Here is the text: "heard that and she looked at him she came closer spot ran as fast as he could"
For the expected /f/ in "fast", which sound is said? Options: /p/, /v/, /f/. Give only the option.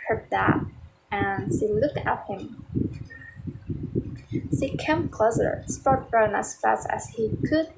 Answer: /f/